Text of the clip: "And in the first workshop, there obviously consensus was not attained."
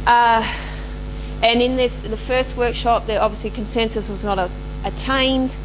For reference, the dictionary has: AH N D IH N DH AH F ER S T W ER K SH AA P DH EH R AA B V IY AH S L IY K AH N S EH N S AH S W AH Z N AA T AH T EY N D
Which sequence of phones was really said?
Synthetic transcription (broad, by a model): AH N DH IH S DH AH F ER S T W ER K SH AA P DH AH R AA B V IY AH S L IY K AH N S EH N S AH S W AH Z N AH T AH T EY N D